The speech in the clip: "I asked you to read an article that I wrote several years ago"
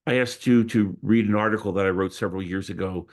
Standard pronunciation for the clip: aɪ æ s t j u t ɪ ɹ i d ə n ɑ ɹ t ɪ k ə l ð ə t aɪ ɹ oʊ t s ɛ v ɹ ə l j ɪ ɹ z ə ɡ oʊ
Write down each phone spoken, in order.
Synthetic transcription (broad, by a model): aɪ æ s t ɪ t ɪ ɹ i d ə n ɑ ɹ t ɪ k l ð ə t aɪ ɹ oʊ t s ɛ v ɹ l j ɪ ɹ z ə ɡ oʊ